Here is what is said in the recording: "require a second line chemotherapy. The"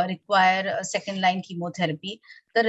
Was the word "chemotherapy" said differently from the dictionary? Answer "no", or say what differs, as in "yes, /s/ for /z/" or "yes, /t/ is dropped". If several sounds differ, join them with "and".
yes, /t/ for /θ/